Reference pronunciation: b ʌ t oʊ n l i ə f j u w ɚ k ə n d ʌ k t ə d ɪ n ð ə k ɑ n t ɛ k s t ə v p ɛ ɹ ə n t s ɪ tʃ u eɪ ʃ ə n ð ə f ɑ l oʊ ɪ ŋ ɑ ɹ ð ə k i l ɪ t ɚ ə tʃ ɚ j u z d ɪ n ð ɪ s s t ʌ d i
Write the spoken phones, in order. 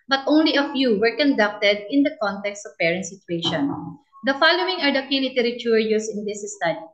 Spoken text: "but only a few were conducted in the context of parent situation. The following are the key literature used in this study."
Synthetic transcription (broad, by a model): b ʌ t oʊ n l i ə f j u w ɚ k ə n d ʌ k t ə d ɪ n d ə k ɑ n t ɛ k s t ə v p ɛ ɹ ə n t s ɪ tʃ u eɪ ʃ ə n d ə f ɑ l oʊ ɪ ŋ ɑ ɹ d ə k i l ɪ t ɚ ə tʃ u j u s ɪ n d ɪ s s t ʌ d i